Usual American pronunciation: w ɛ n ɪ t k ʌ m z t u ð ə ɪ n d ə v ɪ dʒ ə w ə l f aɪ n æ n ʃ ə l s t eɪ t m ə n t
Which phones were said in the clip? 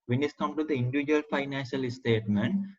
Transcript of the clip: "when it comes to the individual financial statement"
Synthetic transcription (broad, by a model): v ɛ n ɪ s k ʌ m t u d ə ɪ n d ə v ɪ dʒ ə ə l f aɪ n æ n ʃ ə l s t eɪ t m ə n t